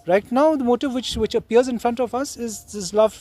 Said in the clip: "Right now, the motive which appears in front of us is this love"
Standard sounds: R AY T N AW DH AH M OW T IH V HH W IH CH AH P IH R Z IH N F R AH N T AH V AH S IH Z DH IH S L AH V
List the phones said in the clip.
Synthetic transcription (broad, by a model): R AY T N AW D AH M OW T IH V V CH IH CH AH P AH R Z IH N F R AH N T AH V AH S IH Z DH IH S L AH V